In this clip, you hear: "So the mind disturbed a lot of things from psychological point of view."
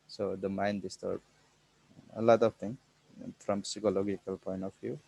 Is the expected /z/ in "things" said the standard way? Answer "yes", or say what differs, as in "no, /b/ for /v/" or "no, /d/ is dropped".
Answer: no, /z/ is dropped